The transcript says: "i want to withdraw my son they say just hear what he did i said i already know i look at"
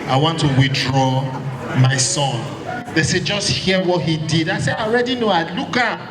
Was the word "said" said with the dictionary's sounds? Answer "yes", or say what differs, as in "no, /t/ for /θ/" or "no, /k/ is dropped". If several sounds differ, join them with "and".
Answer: no, /d/ is dropped